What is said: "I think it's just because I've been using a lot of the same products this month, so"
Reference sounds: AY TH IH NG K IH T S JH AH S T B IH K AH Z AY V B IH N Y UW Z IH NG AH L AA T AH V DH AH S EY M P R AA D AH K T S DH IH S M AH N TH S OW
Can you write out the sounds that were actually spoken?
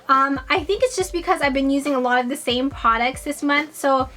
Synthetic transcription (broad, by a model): AY TH IH NG K IH T S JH AH S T B IH K AH Z AY V B IH N Y UW Z IH NG AH L AA T AH V DH AH S EY M P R AA D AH K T S DH IH S M AH N TH S OW